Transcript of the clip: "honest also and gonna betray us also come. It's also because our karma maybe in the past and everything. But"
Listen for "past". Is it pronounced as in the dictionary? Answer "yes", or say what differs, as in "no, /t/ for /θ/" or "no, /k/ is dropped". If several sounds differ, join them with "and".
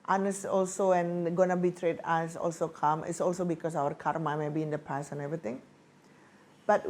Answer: no, /t/ is dropped